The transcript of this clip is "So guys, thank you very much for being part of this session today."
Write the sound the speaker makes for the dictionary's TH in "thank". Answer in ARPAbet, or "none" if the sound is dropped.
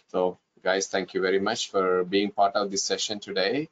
T